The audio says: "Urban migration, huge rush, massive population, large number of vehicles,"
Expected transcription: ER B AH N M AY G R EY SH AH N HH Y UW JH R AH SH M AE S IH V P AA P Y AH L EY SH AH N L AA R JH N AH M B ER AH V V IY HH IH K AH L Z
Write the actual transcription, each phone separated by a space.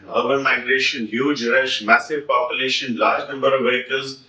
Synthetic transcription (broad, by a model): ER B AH N M AY G R EY SH AH N HH Y UW JH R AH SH M AE S IH V P AA P Y AH L EY SH AH N L AA R JH N AH M B ER AH V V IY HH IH K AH L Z